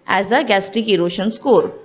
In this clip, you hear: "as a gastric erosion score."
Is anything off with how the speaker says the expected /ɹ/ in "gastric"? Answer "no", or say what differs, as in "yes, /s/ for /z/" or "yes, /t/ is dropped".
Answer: yes, /ɹ/ is dropped